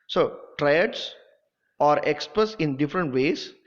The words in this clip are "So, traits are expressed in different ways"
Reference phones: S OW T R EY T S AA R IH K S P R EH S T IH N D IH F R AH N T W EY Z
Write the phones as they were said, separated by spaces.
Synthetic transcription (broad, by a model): S OW T R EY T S AA R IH K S P R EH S IH N D IH F R AH N T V EY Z